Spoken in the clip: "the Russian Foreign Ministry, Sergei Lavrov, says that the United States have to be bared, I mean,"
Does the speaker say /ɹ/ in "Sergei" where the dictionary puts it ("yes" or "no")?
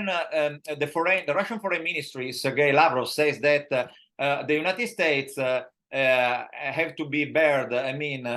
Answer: yes